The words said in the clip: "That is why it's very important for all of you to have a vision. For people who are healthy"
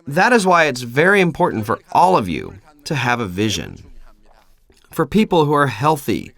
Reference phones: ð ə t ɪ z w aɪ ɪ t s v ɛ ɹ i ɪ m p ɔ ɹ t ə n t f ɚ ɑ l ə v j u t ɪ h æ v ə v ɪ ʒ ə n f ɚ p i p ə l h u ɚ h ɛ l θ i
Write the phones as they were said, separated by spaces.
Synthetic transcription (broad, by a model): ð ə t ɪ z w aɪ ɪ t s v ɛ ɹ i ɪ m p ɔ ɹ t n t f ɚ ɑ l ə v j u t ɪ v ə v ɪ ʒ ə n f ɚ p i p l h u ɚ h ɛ l θ i